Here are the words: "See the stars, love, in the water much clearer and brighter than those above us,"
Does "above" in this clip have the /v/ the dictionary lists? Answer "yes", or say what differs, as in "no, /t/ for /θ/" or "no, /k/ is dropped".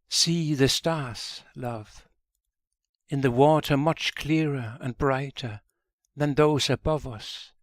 yes